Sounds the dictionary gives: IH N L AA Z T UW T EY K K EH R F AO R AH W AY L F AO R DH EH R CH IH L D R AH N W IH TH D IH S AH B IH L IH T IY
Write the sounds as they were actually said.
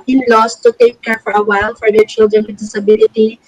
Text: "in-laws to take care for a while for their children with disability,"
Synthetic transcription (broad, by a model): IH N L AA S T UW T EY K K EH R F AO R AH W AY L F AO R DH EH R CH IH L D R AH N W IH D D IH S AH B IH L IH T IY